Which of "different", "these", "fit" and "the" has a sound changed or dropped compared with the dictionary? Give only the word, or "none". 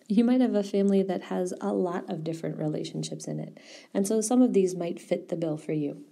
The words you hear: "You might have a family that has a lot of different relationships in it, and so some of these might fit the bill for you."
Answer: none